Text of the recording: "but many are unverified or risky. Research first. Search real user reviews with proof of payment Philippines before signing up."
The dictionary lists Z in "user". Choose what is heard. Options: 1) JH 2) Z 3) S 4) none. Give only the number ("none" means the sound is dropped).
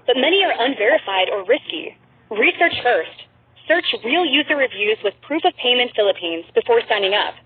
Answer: 2